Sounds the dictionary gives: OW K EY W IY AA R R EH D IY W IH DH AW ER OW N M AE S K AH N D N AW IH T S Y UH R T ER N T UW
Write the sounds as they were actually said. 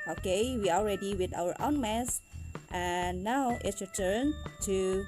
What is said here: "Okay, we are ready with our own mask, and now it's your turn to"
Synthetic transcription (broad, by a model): OW K EY W IY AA L R EH D IY W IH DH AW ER OW N M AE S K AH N N AW IH T S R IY T ER N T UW